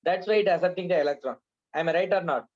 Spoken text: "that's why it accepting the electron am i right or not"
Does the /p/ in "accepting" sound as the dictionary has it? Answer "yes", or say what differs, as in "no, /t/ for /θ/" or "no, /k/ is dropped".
no, /p/ is dropped